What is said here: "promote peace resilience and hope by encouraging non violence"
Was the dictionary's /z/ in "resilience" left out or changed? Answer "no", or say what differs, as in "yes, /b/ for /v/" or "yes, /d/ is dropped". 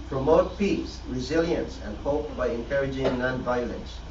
no